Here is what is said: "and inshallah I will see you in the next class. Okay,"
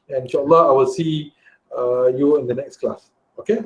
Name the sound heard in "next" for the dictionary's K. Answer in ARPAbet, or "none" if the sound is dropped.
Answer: K